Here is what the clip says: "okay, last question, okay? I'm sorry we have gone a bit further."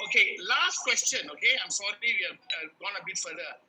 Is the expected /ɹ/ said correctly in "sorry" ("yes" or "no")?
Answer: no